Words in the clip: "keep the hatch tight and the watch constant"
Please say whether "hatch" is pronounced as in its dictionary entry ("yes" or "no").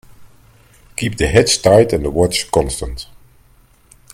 no